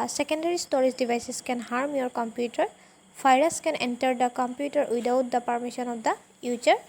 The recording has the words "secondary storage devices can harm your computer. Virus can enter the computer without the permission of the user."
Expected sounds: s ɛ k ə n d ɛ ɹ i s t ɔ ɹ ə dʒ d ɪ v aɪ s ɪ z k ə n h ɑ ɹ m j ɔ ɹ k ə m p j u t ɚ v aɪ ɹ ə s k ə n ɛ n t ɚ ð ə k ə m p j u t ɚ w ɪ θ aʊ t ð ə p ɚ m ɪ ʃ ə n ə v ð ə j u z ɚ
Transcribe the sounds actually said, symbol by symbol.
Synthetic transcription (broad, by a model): s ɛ k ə n d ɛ ɹ i s t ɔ ɹ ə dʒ d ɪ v aɪ s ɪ s k ə n h ɑ ɹ m j ɔ ɹ k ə m p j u t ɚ p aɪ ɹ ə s k ə n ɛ n t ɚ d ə k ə m p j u t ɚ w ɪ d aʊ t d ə p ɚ m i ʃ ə n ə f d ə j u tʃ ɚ